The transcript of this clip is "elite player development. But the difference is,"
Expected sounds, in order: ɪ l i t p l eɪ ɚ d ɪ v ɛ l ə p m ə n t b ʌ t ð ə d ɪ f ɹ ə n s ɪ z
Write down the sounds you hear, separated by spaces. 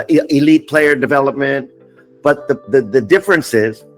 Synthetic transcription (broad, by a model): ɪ l i t p l eɪ ɚ d ɪ v ɛ l ə p m ə n t b ʌ t ð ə d ɪ f ɹ ə n s ɪ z